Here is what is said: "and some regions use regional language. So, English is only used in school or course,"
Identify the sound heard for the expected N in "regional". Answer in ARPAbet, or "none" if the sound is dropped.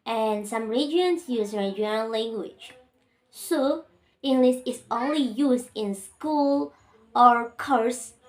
none